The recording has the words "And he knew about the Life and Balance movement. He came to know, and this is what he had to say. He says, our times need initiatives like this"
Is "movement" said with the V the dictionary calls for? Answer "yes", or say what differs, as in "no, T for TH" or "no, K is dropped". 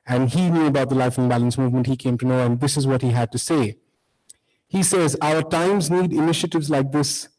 yes